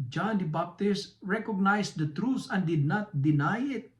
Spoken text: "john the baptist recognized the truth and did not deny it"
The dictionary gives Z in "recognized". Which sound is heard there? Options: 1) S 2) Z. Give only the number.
1